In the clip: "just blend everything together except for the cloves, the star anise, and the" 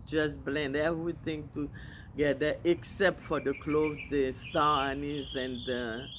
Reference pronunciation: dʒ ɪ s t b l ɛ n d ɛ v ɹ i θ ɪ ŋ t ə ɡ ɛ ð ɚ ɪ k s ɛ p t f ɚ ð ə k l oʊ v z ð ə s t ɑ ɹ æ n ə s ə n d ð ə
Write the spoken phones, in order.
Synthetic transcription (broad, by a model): dʒ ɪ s b l ɛ n d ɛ v ɹ i t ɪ ŋ t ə ɡ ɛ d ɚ ɪ k s ɛ p t f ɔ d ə k l oʊ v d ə s t ɑ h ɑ n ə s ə n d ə